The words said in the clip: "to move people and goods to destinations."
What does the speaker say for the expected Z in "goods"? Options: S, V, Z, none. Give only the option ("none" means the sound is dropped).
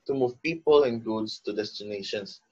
S